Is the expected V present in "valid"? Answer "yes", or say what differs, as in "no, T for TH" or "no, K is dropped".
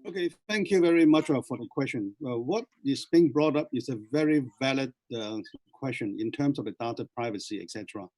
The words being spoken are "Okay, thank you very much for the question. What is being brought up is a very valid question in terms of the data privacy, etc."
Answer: yes